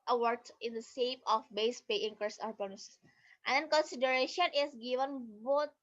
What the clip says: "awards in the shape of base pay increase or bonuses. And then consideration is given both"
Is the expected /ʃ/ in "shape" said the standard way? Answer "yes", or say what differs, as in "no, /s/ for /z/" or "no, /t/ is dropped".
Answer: no, /s/ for /ʃ/